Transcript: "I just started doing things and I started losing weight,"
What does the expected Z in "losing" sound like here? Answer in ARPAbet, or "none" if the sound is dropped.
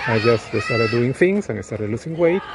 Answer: S